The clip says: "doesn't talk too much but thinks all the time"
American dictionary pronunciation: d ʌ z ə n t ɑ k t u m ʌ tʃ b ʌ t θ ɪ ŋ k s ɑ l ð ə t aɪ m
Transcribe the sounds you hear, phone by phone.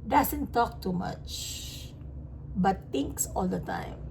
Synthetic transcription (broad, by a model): d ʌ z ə n t ɑ k t u m ʌ tʃ b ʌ t t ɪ ŋ k s ɑ l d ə t aɪ m